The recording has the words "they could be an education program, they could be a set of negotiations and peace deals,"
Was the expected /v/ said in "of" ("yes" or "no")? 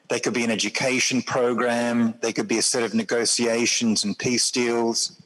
yes